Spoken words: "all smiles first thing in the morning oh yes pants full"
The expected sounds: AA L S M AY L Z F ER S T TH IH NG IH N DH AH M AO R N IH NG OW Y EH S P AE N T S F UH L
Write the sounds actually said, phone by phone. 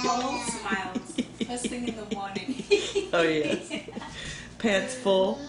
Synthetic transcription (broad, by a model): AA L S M AY L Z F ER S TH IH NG IH N DH AH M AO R N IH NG OW Y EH P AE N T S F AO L